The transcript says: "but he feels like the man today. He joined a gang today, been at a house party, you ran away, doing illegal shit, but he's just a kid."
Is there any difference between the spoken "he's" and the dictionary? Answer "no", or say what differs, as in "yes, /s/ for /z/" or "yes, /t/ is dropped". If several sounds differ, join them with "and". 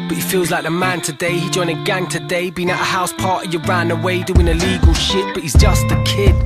no